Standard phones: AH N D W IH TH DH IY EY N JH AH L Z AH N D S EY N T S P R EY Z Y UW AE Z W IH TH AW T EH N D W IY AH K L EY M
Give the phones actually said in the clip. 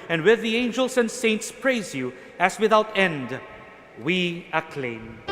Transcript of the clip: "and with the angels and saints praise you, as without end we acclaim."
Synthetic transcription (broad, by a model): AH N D W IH DH IY EY N JH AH L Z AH N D S EY N T S P R EY Z Y UW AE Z W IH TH AW T EH N D W IY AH K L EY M